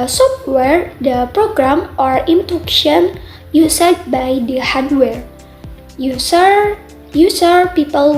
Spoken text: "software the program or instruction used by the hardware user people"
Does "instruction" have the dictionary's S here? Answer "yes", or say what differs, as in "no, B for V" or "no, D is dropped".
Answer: no, S is dropped